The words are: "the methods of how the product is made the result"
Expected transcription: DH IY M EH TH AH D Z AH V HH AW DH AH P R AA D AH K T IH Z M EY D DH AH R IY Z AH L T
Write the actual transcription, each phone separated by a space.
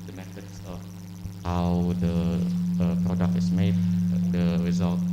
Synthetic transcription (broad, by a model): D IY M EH T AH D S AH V HH AW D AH P R AA D AH K T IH S M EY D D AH R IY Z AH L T